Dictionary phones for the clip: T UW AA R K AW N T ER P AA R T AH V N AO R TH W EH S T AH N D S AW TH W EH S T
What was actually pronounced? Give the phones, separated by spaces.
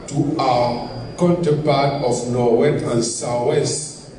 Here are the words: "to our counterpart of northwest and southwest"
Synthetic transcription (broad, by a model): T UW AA K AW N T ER P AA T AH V N AO W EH T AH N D S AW W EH S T